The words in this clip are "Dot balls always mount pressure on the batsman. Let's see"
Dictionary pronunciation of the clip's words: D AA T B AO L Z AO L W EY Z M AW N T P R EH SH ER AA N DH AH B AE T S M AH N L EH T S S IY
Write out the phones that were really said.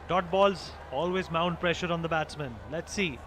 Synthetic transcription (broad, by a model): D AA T B AO L Z AO L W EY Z M AW N T P R EH SH ER AA N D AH B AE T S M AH N L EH T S S IY